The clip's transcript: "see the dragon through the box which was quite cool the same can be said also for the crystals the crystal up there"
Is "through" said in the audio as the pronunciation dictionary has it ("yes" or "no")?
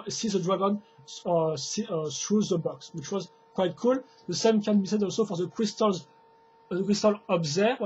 no